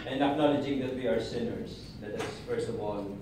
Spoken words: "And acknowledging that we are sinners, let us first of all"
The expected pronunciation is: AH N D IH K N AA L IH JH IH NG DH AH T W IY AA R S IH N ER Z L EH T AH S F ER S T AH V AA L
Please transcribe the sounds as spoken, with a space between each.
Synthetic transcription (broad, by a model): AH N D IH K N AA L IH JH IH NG DH AH T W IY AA R S IH N ER Z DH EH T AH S F ER S T AH V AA L